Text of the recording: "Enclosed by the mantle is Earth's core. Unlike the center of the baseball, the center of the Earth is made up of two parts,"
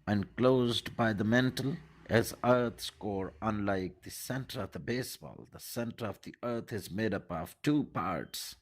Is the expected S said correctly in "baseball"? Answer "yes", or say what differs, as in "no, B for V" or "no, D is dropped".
yes